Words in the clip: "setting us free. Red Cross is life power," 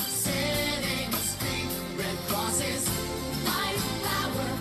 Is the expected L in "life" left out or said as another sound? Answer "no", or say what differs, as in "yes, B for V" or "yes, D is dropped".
yes, N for L